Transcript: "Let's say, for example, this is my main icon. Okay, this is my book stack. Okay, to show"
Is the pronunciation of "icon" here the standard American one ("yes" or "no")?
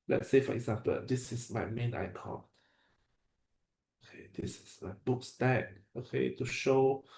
no